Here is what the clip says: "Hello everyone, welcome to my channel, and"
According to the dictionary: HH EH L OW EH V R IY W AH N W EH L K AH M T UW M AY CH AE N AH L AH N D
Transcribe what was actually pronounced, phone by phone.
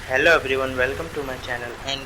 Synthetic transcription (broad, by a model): HH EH L OW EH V R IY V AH N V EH L K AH M T UW M AY CH AE N AH L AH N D